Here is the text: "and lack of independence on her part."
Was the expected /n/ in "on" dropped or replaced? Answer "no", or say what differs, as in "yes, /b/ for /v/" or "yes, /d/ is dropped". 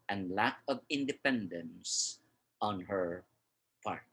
no